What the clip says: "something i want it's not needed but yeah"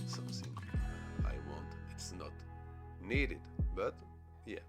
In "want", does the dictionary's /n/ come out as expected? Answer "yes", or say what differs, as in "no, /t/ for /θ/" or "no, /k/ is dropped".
yes